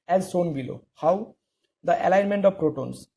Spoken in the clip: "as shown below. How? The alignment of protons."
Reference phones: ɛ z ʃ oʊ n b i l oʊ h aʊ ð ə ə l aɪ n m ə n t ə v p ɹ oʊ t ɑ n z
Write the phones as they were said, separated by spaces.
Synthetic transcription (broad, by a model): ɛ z s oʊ n b i l oʊ h aʊ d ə ə l aɪ n m ə n t ə v p ɹ oʊ t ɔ n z